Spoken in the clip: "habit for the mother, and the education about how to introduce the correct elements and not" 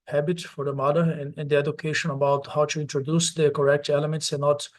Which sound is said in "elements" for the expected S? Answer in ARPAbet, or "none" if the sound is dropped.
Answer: S